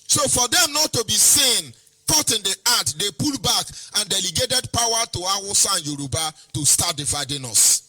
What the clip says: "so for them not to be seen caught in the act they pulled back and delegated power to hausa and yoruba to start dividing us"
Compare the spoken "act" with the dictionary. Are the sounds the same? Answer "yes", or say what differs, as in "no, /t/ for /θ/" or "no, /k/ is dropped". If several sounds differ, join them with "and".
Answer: no, /k/ is dropped